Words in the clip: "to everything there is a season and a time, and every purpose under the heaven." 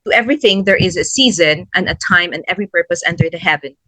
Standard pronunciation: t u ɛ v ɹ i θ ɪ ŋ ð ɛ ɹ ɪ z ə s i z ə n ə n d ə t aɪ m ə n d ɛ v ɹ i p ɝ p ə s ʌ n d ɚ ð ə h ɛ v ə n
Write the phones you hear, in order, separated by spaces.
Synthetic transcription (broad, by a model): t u ɛ v ɹ i θ ɪ ŋ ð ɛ ɹ ɪ z ə s i z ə n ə n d ə t aɪ m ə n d ɛ v ɹ i p ɝ p ə s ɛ n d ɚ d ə h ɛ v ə n